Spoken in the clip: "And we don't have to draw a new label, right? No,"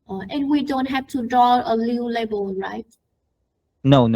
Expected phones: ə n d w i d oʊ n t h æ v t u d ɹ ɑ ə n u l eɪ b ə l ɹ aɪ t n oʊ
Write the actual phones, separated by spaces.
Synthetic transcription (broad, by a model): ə n w i d oʊ n t h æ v t u d ɹ ɑ ə l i l eɪ b ə l ɹ aɪ t n oʊ